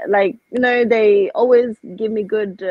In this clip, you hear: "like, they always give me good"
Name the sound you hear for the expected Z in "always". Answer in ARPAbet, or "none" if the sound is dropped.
Z